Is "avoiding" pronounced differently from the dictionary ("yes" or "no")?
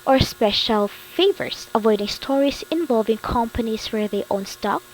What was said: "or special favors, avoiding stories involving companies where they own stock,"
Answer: no